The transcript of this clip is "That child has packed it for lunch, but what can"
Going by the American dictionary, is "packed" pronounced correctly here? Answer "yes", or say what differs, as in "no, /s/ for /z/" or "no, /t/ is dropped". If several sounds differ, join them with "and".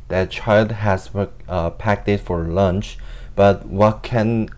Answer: yes